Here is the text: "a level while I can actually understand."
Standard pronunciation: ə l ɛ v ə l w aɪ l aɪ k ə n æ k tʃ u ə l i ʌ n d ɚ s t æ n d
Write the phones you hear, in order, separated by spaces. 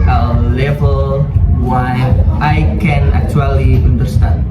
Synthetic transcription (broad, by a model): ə l ɛ v ə l w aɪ n aɪ k ə n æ k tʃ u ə l i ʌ n d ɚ s t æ n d